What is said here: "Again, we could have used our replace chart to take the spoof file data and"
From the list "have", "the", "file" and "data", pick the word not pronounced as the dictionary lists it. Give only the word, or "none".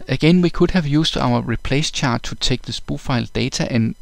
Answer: data